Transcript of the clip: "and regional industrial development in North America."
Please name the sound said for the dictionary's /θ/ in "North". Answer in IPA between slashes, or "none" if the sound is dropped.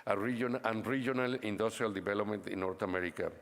/t/